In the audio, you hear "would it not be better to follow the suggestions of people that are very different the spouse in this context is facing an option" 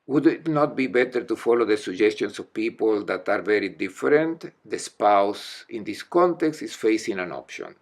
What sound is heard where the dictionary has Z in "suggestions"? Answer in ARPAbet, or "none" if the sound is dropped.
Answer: S